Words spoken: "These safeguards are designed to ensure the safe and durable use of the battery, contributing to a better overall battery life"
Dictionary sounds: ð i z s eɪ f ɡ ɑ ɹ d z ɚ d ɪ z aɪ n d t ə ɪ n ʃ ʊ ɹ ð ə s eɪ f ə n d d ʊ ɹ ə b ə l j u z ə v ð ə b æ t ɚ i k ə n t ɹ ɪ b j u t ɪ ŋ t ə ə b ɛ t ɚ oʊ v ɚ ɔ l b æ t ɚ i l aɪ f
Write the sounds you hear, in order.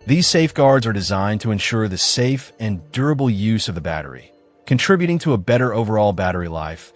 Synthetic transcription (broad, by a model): ð i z s eɪ f ɡ ɑ ɹ d z ɚ d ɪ z aɪ n t ə ɪ n ʃ ʊ ɹ ð ə s eɪ f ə n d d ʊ ɹ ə b l j u z ə v ð ə b æ t ɚ i k ə n t ɹ ɪ b j u t ɪ ŋ t ə ə b ɛ t ɚ oʊ v ɚ ɔ l b æ t ɚ i l aɪ f